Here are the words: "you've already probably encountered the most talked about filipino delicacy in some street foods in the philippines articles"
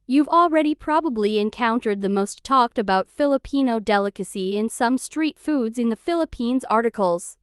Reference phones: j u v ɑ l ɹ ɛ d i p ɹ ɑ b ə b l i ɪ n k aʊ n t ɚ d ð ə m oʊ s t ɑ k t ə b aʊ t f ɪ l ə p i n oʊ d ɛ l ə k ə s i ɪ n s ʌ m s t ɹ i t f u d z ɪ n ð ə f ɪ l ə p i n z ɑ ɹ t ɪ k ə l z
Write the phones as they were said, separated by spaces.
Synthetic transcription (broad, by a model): j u v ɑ l ɹ ɛ d i p ɹ ɑ b ə b l i ɪ n k aʊ n t ɚ d ð ə m oʊ s t ɑ k t ə b aʊ t f ɪ l ə p i n oʊ d ɛ l ə k ə s i ɪ n s ʌ m s t ɹ i t f u d z ɪ n ð ə f ɪ l ə p i n z ɑ ɹ t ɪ k l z